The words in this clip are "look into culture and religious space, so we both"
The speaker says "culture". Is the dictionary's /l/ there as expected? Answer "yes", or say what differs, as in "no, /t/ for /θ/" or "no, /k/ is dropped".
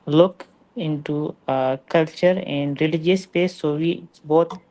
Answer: yes